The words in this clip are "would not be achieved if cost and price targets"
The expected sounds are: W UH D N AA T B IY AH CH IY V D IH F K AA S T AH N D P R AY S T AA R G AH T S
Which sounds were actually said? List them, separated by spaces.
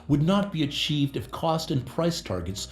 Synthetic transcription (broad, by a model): W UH D N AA T B IY AH CH IY V D IH F K AA S T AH N P R AY S T AA R G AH T S